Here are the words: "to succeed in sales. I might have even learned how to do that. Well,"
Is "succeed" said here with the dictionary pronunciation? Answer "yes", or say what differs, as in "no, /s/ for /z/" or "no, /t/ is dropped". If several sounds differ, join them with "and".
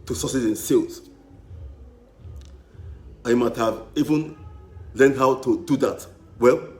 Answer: no, /k/ is dropped